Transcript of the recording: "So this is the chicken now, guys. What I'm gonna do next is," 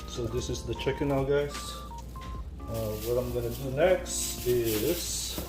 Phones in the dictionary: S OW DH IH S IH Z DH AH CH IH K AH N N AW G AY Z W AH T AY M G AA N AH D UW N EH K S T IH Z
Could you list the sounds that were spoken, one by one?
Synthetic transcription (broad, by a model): S OW DH IH S IH Z DH AH CH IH K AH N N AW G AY S W AH T AY M G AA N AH D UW N EH K S T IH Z